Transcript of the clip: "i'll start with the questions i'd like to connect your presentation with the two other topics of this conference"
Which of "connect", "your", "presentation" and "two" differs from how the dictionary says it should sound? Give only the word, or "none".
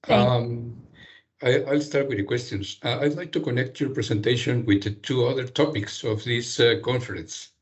presentation